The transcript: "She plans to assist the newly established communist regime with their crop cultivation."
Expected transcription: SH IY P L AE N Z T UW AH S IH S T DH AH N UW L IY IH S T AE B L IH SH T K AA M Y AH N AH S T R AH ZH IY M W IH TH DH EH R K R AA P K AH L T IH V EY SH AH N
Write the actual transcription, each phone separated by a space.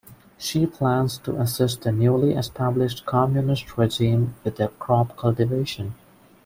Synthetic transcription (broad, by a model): SH IY P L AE N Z T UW AH S IH S T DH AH N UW L IY IH S T AE B L IH SH T K AA M Y AH N AH S T R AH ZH IY M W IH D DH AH K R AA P K AH L T IH V EY SH AH N